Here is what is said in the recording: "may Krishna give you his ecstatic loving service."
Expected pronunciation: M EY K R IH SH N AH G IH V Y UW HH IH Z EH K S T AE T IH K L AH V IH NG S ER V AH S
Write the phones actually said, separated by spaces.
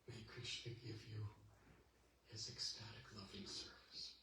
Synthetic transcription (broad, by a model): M EY K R IH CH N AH G IH V Y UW HH IH Z EH K S T AE T IH K L AH V IH NG S ER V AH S